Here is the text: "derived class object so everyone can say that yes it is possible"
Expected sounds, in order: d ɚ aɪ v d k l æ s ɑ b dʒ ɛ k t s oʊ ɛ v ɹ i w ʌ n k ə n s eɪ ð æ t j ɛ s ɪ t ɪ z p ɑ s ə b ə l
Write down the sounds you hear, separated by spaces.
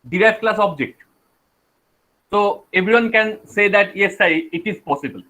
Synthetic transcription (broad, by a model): d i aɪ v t k l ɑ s ɑ b dʒ ɛ k t s oʊ ɛ b ɹ i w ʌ n k ə n s eɪ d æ t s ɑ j ɪ t ɪ z p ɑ s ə b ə l